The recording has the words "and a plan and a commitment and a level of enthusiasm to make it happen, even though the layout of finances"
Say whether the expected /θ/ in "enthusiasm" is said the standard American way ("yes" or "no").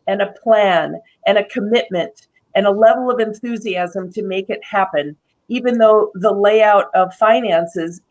yes